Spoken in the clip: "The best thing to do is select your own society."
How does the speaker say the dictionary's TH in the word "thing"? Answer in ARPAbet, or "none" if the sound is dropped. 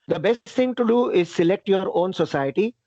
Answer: T